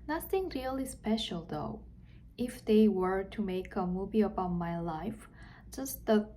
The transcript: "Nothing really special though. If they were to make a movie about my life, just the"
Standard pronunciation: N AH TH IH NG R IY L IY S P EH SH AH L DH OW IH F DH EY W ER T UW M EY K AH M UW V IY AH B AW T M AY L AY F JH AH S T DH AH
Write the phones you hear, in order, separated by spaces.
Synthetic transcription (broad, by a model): N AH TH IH NG R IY L IY S P EH SH AH L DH OW IH F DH EY W ER T UW M EY K AH M UW V IY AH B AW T M AY L AY F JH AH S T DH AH